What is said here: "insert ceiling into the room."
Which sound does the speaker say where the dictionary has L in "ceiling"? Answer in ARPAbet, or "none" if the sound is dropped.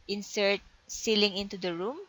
L